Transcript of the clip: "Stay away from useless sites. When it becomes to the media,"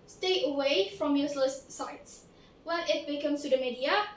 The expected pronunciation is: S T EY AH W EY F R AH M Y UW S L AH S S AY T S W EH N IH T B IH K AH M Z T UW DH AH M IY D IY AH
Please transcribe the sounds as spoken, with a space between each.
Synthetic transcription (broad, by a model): S T EY AH W EY F R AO M Y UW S L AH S S AY T S W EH IH T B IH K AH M S T UW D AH M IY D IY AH